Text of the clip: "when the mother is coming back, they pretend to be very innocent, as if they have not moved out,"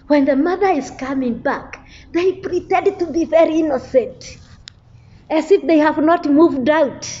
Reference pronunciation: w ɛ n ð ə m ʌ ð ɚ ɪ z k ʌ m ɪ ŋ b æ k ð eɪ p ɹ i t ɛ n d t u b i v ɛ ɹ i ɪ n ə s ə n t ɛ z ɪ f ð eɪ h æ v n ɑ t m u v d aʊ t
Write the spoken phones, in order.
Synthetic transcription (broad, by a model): w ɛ n ð ə m ʌ ð ɚ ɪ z k ʌ m ɪ ŋ b æ k ð eɪ p ɹ i t ɛ n d t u b i v ɛ ɹ i ɪ n ə s ə n t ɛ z ɪ f ð eɪ h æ v n ɑ t m u v d aʊ t